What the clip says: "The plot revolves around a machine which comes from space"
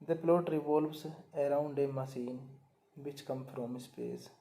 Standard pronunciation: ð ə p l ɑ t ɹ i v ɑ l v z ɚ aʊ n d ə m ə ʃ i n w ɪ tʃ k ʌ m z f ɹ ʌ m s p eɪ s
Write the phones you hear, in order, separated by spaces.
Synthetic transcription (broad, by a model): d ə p l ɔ t ɹ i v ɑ l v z ɚ aʊ n d ə m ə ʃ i n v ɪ tʃ k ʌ m f ɹ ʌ m s p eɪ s